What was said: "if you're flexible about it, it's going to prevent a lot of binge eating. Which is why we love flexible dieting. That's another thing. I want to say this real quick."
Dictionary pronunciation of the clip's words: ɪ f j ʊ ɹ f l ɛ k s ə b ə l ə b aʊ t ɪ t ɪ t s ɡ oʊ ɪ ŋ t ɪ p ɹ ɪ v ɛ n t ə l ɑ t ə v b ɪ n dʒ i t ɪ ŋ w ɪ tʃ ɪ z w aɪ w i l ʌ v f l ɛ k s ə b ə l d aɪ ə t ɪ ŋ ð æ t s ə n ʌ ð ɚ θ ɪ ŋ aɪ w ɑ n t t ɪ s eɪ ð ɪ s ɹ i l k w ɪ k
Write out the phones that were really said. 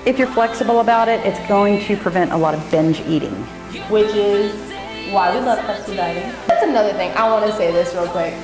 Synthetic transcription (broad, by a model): ɪ f j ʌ ɹ f l ɛ k s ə b l ə b aʊ t ɪ t ɪ t s ɡ oʊ ɪ ŋ t ɪ p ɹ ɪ v ɛ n t ə l ɑ t ə v b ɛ n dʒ i t ɪ ŋ w ɪ tʃ ɪ z w aɪ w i l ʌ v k ə ə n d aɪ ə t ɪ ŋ ð æ t s ə n ʌ ð ɚ θ ɪ ŋ aɪ w ɑ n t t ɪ s eɪ ð ɪ s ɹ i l k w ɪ k